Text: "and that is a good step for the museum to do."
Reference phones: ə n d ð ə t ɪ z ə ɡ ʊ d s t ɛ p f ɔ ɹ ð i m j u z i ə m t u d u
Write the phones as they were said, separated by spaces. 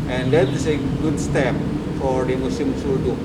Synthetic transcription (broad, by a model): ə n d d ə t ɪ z ə ɡ ʊ d s t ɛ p f ɔ ɹ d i m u s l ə m s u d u